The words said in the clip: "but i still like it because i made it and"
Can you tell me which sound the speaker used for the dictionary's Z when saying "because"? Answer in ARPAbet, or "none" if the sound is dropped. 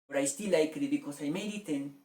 S